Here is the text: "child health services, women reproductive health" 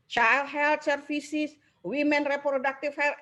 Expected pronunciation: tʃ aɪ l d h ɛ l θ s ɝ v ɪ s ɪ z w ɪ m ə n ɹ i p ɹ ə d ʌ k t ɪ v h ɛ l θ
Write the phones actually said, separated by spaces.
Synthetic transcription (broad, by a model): tʃ aɪ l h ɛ l t s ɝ f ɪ s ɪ s w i m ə n ɹ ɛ p ɹ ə d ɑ k t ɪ f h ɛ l